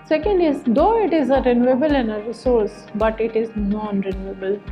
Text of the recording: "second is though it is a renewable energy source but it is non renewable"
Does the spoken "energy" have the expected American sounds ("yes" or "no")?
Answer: no